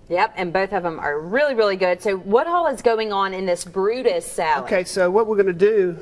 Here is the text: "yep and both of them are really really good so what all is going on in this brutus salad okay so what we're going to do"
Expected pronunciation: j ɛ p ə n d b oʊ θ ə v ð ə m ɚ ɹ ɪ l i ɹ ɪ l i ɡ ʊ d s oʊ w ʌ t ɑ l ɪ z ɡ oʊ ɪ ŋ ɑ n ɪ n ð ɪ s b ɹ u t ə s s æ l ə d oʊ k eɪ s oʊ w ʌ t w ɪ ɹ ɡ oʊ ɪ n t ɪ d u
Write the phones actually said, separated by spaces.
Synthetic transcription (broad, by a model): j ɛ p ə n b oʊ θ ə v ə m ɚ ɹ ɪ l i ɹ ɪ l i ɡ ʊ d s oʊ w ʌ t ɑ l ɪ z ɡ oʊ ɪ ŋ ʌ n ɪ n ð ɪ s b ɹ u t ə s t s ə oʊ k eɪ s oʊ w ʌ t w ɪ ɹ ɡ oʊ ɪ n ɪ d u